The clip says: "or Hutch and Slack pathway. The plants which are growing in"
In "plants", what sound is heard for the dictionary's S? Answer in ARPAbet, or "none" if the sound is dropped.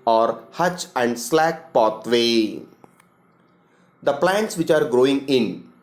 S